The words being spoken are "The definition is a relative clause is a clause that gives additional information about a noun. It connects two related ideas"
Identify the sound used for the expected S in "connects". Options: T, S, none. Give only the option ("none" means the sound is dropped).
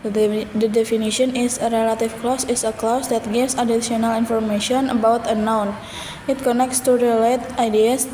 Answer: S